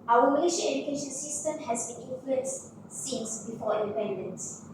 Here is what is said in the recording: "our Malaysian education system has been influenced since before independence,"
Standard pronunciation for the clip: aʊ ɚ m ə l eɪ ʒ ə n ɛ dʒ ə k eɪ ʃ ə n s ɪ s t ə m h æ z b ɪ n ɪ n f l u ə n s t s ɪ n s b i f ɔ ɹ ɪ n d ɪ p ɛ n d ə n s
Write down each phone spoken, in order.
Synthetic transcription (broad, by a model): aʊ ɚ m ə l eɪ ʃ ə ɛ dʒ ə k eɪ ʃ ə n s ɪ s t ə m h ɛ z b ɪ n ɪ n f l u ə n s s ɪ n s b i f ɔ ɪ n d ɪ p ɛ n d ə n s